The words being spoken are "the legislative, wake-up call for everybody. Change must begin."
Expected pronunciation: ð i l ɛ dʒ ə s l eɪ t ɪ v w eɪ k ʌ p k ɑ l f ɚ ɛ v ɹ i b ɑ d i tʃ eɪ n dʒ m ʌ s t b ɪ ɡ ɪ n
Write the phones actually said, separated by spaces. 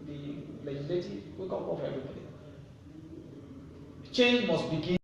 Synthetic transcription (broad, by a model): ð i l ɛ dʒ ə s l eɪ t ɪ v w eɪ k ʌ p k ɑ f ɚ ɛ v ɹ i b ɑ d i tʃ eɪ n dʒ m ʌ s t b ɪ ɡ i